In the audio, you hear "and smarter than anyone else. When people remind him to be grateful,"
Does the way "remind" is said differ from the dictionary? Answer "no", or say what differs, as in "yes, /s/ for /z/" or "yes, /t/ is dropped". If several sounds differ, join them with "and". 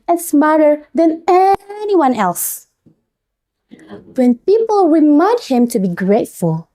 yes, /w/ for /ɹ/ and /n/ is dropped